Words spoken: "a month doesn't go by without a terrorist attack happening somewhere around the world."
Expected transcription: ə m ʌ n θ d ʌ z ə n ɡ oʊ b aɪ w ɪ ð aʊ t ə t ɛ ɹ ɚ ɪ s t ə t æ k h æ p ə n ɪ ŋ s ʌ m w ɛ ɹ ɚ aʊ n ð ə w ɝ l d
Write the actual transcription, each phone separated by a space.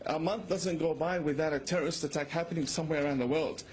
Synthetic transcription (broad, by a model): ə m ʌ n θ d ʌ z ə n ɡ oʊ b aɪ w ɪ ð aʊ t ə t ɛ ɹ ɚ ɪ s t ə t æ k h æ p ə n ɪ ŋ s ʌ m w ɛ ɹ ɚ aʊ n ð ə w ɝ l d